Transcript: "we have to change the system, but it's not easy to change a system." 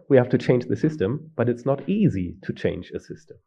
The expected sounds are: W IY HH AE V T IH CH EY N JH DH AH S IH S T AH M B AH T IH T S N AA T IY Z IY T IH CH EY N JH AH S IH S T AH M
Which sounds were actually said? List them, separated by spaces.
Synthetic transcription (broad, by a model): W IY HH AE F T IH CH EY N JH DH AH S IH S T AH M B AH T IH T S N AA T IY Z IY T IH CH EY N JH AH S IH S T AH M